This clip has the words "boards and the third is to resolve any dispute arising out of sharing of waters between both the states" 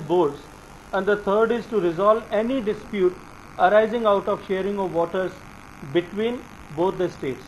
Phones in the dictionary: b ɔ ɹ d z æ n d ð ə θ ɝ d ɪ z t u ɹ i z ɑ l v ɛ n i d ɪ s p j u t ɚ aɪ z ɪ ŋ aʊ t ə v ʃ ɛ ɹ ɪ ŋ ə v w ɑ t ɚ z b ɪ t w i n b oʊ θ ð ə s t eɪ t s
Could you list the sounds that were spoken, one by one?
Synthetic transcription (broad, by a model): b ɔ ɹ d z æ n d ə t ɝ d ɪ z t u ɹ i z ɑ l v ɛ n i d ɪ s p j u t ɚ aɪ z ɪ ŋ aʊ t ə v ʃ ɛ ɹ ɪ ŋ ə v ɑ t ɚ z b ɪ t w i n b oʊ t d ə s t eɪ t s